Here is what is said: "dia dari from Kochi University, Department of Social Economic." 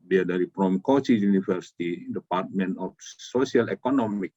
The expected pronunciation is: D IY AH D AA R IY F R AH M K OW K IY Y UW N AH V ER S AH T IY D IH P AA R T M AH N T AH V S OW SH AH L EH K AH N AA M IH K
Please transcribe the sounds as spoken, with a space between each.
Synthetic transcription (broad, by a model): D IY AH D AA R IY P R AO M K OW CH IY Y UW N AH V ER S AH T IY D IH P AA R T M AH N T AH F S OW S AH L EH K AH N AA M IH K